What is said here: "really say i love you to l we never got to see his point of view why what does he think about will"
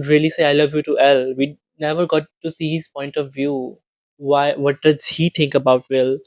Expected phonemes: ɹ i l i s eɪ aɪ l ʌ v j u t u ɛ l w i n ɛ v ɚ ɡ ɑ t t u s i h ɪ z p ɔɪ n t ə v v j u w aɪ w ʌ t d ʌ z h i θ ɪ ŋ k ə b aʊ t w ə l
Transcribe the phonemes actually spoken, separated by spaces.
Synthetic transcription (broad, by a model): ɹ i l i s eɪ aɪ l ʌ v j u t u ɛ l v i n ɛ v ɚ ɡ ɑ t t u s i h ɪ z p ɔɪ n t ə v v j u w aɪ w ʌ t d ʌ z h i t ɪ ŋ k ə b aʊ t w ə l